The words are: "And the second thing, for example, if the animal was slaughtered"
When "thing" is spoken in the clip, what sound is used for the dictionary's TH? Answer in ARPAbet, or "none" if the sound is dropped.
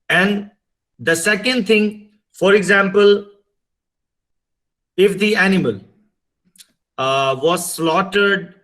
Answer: T